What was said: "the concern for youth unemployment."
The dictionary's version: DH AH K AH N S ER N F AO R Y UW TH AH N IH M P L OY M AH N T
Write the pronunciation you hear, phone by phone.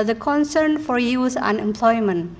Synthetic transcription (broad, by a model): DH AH K AH N S ER N F AO R Y UW S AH N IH M P L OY M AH N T